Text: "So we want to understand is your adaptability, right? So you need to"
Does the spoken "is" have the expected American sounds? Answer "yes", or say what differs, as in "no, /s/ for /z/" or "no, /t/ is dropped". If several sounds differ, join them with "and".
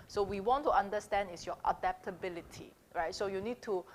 no, /s/ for /z/